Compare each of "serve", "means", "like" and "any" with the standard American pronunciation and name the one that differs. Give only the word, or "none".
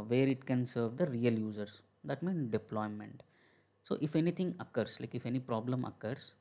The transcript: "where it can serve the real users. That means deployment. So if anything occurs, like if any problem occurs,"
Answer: means